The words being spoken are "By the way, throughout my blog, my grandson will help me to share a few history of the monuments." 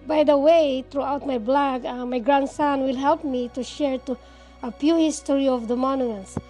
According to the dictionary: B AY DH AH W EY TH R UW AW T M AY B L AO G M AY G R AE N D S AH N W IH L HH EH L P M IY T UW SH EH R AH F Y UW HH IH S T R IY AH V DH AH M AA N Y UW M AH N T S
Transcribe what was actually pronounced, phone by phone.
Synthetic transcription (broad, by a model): B AY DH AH W EY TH R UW AW T M AY B L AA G M AY G R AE N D S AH N W IH L HH EH L P M IY T UW SH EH R AH P Y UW HH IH S T R IY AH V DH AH M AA N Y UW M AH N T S